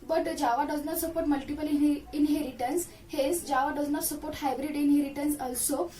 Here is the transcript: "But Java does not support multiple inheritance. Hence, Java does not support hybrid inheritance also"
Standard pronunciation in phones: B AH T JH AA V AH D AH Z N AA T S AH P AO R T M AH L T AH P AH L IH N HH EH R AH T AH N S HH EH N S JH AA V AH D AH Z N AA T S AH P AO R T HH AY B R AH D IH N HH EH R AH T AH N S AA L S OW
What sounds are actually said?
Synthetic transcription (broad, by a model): B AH T JH AA V AH D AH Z N AA T S AH P AO R T M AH L T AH P AH L IH N HH EH R AH T AH N S HH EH S JH AA V AH D AH Z N AA T S AH P AO R T HH AY B R AH D IH N HH EH R AH T AH N S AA L S OW